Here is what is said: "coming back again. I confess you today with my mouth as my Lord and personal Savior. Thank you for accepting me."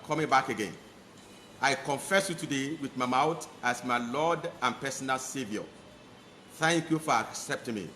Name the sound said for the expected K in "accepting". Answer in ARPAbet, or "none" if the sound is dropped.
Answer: K